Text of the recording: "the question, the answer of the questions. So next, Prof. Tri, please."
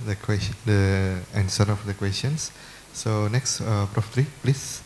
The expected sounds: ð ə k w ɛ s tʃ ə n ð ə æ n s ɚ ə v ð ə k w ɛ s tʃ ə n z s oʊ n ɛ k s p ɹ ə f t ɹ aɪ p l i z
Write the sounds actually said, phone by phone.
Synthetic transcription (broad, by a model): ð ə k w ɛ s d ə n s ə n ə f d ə k w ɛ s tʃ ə n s s oʊ n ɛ k s p ɹ ə f t ɹ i p l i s